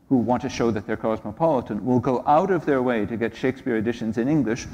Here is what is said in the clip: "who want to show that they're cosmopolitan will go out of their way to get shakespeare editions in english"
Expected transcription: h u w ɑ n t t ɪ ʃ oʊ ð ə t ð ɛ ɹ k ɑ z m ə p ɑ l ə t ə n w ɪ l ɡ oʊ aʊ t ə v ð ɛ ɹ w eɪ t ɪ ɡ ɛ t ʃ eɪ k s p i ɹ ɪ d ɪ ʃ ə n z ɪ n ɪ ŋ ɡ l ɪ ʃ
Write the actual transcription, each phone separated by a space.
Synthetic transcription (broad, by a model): h u w ɑ n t t ɪ ʃ oʊ ð ə t ð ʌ ɹ k ɑ z m ə p ɑ l ə t ə n w ɪ l ɡ oʊ aʊ t ə v ð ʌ ɹ w eɪ t ɪ ɡ ɛ t ʃ eɪ k s p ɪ ɹ ɪ d ɪ ʃ ə n z ɪ n ɪ ŋ ɡ l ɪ ʃ